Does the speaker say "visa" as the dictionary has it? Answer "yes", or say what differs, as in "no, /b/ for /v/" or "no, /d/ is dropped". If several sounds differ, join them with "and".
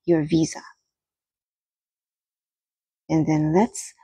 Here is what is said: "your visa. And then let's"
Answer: yes